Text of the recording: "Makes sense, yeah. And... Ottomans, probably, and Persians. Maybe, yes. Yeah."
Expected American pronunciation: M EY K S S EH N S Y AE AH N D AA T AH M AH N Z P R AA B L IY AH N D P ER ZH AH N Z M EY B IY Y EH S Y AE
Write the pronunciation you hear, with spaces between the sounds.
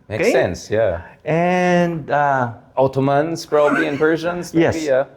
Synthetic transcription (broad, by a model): M EY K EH S EH N S Y AE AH N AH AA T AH M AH N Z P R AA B IY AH N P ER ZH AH N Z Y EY IY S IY Y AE